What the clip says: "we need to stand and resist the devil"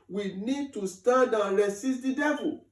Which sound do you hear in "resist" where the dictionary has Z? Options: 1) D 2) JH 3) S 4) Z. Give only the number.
3